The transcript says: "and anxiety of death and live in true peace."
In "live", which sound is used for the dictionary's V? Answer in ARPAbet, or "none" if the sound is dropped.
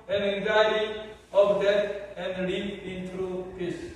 P